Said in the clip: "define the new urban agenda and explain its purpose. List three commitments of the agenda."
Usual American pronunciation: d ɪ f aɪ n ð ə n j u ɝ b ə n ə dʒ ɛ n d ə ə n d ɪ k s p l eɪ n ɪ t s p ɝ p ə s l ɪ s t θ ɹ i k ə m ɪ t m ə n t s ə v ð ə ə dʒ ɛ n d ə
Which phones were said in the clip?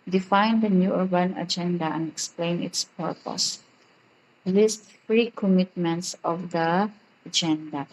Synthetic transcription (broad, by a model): d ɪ f aɪ n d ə n j u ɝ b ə n ə dʒ ɛ n d ə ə n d ɪ k s p l eɪ n ɪ t s p ɝ p ə s l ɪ s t f ɹ i k ə m ɪ t m ə n t s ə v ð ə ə dʒ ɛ n d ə